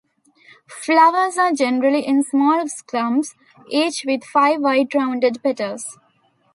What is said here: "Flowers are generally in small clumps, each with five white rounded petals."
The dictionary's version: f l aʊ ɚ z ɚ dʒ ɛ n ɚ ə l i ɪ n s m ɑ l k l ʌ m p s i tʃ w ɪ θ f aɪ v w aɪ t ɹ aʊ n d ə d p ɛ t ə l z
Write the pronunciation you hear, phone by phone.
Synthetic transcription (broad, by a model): f l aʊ ɚ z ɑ dʒ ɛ n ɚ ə l i ɪ n s m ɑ l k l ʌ m s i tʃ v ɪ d f aɪ v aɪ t ɹ aʊ n d ə d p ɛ t ə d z